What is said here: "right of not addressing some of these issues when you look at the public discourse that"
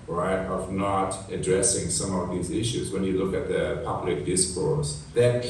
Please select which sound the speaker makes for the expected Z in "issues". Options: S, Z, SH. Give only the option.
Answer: Z